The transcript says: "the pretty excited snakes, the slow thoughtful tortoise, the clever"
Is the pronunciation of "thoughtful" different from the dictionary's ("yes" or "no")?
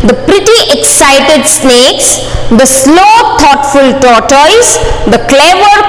yes